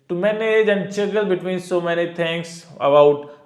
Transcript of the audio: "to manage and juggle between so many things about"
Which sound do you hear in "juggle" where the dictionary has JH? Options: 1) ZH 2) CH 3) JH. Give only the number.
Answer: 2